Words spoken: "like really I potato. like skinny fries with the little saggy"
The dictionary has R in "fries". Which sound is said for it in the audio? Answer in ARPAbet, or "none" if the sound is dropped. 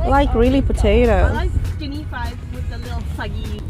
none